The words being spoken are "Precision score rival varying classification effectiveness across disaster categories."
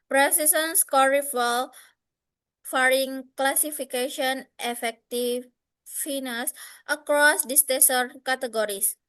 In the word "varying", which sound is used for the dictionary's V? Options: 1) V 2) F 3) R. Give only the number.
2